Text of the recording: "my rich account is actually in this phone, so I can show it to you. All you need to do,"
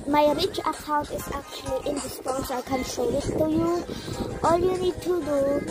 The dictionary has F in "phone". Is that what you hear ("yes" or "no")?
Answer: no